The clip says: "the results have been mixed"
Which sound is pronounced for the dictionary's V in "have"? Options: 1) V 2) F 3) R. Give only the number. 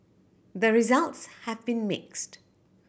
1